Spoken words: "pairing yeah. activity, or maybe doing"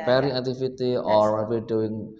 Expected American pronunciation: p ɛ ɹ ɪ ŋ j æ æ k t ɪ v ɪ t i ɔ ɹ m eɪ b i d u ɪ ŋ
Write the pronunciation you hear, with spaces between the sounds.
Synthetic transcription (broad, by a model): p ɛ ɹ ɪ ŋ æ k t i f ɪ t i ɔ ɹ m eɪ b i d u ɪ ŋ